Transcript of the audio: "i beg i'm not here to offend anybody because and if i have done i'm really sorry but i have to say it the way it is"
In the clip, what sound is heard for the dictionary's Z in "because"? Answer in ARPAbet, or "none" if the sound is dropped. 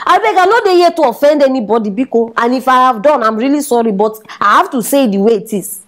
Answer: none